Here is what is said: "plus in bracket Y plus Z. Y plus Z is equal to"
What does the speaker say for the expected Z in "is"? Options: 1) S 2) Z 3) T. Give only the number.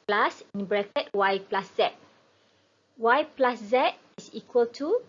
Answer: 1